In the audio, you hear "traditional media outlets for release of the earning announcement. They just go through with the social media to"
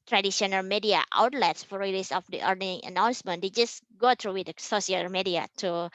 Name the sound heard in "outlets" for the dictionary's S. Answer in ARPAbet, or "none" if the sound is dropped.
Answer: S